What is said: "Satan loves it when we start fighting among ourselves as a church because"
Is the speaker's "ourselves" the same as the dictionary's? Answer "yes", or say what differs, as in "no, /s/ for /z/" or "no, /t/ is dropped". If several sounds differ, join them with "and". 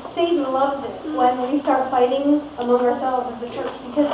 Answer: yes